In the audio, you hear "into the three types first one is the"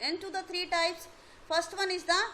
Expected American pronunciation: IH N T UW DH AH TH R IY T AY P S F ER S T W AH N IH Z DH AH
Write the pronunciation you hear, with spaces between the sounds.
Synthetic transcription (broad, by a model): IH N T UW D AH T R IY T AY P S F ER S T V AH N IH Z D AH